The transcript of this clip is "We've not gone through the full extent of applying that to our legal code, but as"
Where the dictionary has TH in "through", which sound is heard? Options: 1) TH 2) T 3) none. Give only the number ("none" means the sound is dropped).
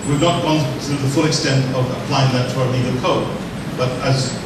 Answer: 2